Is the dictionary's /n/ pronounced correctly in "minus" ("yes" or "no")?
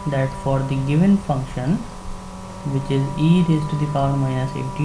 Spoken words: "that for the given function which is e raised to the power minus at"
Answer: no